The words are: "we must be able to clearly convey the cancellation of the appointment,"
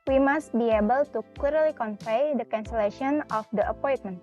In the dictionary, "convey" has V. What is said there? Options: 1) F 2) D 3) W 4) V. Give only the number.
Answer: 1